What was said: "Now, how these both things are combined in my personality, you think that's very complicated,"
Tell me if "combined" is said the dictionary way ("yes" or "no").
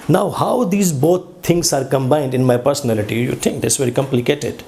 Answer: yes